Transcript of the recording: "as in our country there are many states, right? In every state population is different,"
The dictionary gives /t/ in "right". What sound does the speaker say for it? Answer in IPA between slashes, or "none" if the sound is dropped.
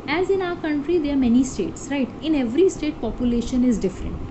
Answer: /t/